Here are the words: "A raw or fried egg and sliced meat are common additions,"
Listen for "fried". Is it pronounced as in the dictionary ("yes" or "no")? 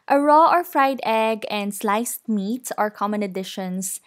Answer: yes